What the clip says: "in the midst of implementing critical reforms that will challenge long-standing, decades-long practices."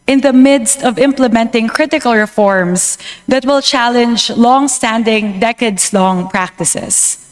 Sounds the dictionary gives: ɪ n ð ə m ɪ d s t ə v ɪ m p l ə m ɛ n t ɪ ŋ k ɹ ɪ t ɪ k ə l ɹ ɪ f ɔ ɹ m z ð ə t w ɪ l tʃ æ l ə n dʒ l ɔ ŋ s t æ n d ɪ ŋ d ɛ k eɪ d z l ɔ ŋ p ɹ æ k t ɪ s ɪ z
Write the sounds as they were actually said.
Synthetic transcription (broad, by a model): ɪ n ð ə m ɪ d s t ə v ɪ m p l ə m ɛ n t ɪ ŋ k ɹ ɪ t ɪ k ə l ɹ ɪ f ɔ ɹ m s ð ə t w ɪ l tʃ æ l ə n dʒ l ɔ ŋ s t æ n d ɪ ŋ d ɛ k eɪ d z l ɔ ŋ p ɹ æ k t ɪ s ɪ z